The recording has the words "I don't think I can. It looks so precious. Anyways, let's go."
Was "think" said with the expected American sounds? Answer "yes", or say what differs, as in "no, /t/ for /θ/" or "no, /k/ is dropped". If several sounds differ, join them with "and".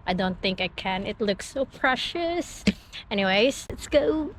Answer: yes